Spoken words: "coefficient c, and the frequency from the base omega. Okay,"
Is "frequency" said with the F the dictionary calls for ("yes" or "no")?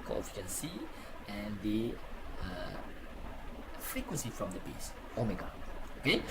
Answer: yes